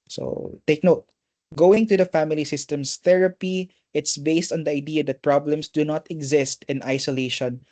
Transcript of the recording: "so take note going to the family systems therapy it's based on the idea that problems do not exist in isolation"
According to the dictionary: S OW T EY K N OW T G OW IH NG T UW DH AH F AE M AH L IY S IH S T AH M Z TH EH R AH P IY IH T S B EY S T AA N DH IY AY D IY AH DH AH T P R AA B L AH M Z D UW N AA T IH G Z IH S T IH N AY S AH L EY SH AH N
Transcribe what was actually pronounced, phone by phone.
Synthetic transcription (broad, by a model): S OW T EY K N OW T G OW IH NG T UW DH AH F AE M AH L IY S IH S T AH M S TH EH R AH P IY IH T S B EY S T AA N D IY AY D IY AH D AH T P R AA B L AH M S D UW N AA T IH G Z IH S T IH N AY S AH L EY SH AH N